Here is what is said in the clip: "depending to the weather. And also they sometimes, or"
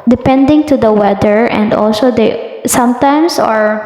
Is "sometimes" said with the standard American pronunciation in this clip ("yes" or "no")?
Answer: no